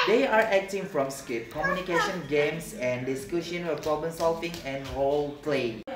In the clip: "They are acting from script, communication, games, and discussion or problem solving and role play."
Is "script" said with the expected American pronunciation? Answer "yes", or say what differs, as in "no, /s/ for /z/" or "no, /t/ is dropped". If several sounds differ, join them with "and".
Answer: no, /ɹ/ is dropped